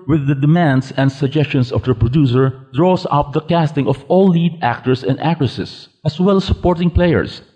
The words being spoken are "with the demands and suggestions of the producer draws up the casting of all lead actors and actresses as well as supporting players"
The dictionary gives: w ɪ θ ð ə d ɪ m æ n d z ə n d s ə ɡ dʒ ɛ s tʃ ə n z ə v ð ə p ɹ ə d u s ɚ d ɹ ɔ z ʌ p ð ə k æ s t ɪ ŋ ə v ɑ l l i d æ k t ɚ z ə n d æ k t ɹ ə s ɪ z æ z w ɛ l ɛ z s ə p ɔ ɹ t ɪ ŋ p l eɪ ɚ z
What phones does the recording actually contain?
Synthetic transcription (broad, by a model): w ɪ ð ə d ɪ m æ n d s ə n d s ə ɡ dʒ ɛ s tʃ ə n s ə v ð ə p ɹ ə d u s ɚ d ɹ ɔ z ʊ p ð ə k æ s t ɪ ŋ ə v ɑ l l i d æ k t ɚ s ə n d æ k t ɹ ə s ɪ s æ s w ɛ l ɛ s ə p ɔ ɹ t ɪ ŋ p l eɪ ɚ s